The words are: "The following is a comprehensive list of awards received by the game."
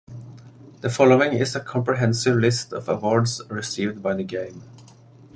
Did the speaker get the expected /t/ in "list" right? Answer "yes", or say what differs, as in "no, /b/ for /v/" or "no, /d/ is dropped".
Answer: yes